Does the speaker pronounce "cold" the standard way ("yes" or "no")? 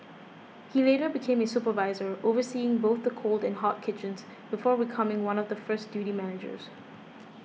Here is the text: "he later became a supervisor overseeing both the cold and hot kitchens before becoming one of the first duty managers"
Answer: yes